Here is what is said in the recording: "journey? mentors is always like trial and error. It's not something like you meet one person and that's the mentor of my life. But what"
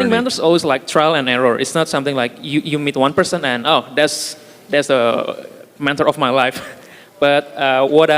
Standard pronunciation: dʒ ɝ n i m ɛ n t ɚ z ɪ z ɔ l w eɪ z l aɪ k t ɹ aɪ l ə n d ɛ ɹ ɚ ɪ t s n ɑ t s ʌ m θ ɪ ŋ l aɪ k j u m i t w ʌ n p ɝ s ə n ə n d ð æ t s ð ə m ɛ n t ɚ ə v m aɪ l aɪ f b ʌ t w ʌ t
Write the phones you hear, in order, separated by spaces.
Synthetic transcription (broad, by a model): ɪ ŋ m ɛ t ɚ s ɔ l w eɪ s l aɪ k t ɹ aɪ l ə n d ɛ ɹ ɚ ɪ t s n ɑ t s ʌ m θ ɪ ŋ l aɪ k j u m i t w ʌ n p ɝ s ə n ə n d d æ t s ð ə m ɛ t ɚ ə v m aɪ l aɪ f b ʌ t w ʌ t